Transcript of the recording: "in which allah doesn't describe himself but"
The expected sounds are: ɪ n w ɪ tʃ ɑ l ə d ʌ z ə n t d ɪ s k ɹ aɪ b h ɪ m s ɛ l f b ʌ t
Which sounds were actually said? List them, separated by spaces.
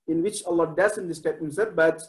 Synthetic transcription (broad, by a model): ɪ n w ɪ tʃ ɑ l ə d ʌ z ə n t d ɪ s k aɪ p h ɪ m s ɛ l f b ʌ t